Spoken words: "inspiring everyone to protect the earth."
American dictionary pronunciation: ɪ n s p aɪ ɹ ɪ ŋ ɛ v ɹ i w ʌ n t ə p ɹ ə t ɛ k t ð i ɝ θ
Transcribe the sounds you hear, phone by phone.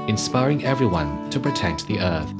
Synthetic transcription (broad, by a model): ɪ n s p aɪ ɹ ɪ ŋ ɛ v ɹ i w ʌ n t ə p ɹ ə t ɛ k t ð i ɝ θ